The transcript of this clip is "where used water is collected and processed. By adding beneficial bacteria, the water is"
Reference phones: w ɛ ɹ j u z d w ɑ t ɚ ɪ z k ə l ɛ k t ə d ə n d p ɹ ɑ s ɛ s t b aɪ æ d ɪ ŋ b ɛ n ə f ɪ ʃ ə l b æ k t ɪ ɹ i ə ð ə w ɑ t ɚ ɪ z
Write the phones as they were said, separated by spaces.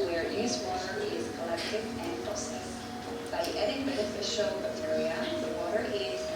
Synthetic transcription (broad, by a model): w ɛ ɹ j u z w ɑ t ɚ ɪ z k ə l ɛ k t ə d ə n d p ɑ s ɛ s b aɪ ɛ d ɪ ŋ b ɛ n ə f ɪ ʃ ə l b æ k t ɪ ɹ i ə ð ə w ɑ t ɚ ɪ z